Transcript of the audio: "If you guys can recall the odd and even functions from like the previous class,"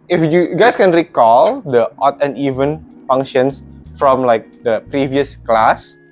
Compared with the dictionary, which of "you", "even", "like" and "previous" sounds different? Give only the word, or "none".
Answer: none